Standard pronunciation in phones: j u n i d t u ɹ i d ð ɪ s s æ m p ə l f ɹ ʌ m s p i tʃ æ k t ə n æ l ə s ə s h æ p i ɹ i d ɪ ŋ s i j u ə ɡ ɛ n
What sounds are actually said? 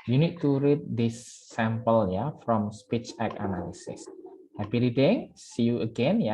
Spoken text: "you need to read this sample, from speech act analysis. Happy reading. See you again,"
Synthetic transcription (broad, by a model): j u n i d t u ɹ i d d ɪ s s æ m p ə l f ɹ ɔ m s p i tʃ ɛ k ə n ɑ l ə s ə s h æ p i ɹ i d ɪ ŋ s i j u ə ɡ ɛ n